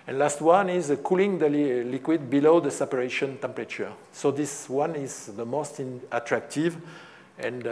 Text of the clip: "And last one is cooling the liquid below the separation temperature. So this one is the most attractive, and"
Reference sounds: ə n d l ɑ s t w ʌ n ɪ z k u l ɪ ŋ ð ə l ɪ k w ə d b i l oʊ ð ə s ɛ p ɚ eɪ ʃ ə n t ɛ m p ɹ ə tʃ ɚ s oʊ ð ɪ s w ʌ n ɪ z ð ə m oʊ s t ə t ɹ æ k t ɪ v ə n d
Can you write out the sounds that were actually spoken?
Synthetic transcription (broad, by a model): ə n l ɑ s t w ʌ n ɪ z k u l ɪ ŋ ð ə l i k w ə d b i l oʊ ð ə s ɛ p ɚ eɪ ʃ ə n t ɛ m p ɹ ə tʃ ɚ s oʊ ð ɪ s w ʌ n ɪ z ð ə m oʊ s t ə t ɹ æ k t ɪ v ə n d